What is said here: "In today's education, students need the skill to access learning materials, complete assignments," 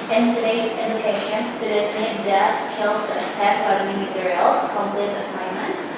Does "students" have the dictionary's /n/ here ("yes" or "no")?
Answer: no